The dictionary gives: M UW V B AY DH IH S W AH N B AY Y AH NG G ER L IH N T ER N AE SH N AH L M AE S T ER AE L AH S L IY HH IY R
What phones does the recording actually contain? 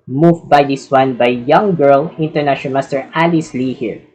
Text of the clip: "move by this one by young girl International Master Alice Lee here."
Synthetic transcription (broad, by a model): M UW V B AY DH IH S W AH N B AY Y AH NG G ER L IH N T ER N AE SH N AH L M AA S T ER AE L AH S L IY HH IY R